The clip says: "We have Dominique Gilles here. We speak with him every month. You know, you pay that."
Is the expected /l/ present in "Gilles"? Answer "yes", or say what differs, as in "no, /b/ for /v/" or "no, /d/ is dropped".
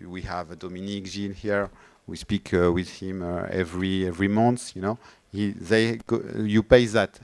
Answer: no, /n/ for /l/